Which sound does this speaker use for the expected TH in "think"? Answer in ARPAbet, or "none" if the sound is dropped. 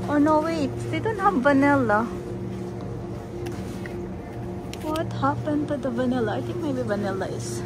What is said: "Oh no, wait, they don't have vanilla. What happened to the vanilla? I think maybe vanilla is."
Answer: T